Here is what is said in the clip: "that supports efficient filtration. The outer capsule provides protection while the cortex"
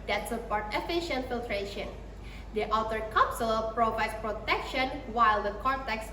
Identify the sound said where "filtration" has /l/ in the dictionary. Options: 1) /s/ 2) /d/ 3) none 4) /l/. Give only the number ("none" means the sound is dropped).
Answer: 4